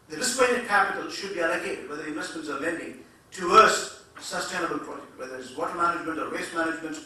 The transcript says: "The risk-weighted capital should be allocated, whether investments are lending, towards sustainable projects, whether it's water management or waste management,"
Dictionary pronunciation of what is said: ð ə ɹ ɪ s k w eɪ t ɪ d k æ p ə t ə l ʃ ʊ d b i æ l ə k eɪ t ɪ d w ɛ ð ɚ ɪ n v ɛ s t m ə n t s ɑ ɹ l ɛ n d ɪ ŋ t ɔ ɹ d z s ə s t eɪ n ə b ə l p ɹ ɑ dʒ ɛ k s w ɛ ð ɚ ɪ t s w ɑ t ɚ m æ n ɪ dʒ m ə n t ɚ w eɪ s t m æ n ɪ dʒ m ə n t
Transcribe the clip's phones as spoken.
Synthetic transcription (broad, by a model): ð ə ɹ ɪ s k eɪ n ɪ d k æ p ə t ə l ʃ ʊ d b i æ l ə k eɪ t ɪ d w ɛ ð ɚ ɪ n v ɛ s t m ə n t s ɑ ɹ l ɛ n d ɪ ŋ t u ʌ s s ə s t eɪ n ə b ə l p ɹ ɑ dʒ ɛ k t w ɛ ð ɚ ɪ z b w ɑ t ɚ m æ n ɪ dʒ m ə n t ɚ w eɪ s t m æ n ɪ dʒ m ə n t